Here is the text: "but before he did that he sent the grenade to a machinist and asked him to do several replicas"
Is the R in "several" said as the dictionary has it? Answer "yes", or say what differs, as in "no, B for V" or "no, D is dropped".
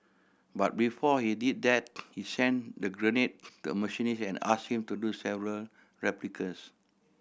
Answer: yes